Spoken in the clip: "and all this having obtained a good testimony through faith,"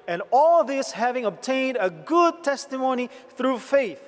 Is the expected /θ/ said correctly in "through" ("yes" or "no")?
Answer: yes